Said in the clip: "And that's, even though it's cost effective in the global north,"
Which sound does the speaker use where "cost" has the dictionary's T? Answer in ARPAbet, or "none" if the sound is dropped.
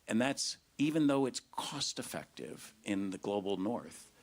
T